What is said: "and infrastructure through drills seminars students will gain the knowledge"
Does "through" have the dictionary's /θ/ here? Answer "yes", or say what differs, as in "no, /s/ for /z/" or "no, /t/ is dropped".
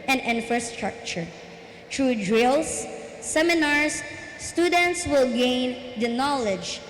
no, /t/ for /θ/